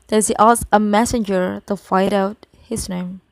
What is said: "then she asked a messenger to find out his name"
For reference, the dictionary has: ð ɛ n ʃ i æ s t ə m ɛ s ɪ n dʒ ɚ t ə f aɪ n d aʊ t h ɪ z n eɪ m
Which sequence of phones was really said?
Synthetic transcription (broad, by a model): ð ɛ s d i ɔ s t ə m ɛ s ɪ n dʒ ɚ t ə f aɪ d aʊ t h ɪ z n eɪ m